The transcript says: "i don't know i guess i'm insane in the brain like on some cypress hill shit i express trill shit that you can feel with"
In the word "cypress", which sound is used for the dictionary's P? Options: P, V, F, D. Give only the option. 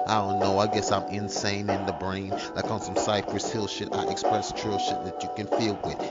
P